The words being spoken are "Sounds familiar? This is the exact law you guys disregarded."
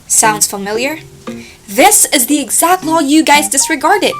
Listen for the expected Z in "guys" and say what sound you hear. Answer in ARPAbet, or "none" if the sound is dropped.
Z